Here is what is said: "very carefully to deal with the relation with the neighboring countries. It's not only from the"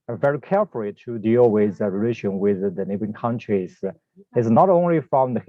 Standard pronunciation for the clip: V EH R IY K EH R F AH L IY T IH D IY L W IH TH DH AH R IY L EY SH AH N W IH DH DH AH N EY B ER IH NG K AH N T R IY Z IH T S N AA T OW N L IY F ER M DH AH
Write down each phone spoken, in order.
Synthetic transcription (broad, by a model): V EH R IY K EH R F AH L IY T IH D IY L W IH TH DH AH R IY L EY SH AH N W IH DH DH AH N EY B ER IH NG K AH N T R IY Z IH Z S N AA T OW N L IY F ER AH